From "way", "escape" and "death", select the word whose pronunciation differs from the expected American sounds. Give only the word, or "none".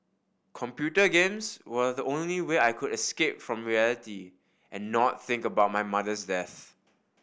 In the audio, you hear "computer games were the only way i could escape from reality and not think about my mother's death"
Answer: none